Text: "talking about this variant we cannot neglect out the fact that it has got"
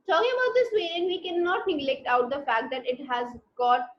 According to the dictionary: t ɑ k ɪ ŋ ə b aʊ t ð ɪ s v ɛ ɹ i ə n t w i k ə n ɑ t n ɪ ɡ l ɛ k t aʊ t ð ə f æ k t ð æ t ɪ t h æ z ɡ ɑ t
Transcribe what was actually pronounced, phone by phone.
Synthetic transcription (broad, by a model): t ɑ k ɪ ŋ ə b aʊ t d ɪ s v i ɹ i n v i k ə n ɑ t n ɪ ɡ l ɛ k t aʊ t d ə f æ k t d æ t ɪ t h æ z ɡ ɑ t